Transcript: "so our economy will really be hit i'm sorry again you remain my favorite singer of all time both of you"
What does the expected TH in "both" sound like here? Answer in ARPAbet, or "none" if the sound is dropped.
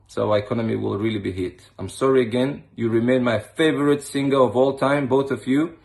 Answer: TH